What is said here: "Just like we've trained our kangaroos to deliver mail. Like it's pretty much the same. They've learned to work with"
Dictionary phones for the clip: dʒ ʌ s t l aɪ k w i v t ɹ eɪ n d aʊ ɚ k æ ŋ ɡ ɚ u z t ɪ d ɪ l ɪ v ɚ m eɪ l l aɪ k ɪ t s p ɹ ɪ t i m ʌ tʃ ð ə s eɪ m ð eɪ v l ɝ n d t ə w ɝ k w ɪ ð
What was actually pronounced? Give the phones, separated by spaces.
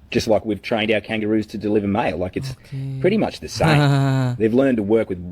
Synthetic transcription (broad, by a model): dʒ ʌ s t l aɪ k w i v t ɹ eɪ n d aʊ ɚ k æ ŋ ɡ ɚ u z t ɪ d ɪ l ɪ v ɚ m eɪ l l aɪ k ɪ t s p ɹ ɪ t i m ʌ tʃ ð ə s eɪ m ð eɪ v l ɝ n t ə w ɝ k w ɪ ð